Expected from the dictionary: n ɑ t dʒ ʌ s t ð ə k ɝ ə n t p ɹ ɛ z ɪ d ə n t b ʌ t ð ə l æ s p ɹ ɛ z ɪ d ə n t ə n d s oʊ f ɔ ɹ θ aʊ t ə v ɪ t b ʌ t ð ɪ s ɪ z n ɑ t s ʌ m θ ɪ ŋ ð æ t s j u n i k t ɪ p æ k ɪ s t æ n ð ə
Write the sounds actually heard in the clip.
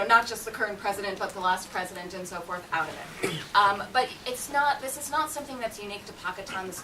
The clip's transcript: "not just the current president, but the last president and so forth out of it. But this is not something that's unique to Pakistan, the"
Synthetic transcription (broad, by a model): n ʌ t dʒ ʌ s t ð ə k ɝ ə n p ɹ ɛ z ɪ d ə n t b ʌ t ð ə l æ s p ɹ ɛ z ɪ d ə n t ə n s oʊ f ɔ ɹ θ aʊ t ə v ɪ t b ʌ t ð ɪ s ɪ z n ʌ t s ʌ m θ ɪ ŋ ð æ t s j u n i k t ɪ p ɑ k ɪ t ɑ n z